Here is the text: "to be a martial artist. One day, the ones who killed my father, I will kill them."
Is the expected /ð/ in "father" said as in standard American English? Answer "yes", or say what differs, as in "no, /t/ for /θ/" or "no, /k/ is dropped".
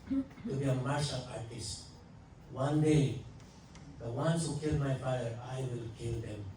no, /ð/ is dropped